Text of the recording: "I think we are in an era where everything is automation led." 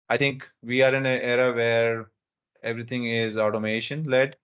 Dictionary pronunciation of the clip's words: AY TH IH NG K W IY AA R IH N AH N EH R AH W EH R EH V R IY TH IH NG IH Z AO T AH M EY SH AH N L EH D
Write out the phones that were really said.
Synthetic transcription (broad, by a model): AY T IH NG K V IY AA R IH N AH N EH R AH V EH R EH V R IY T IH NG IH Z AO T AH M EY SH AH N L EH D